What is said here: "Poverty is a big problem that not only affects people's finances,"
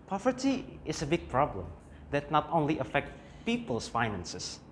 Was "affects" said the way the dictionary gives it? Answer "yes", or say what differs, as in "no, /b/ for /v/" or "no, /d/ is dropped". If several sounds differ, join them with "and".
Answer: no, /s/ is dropped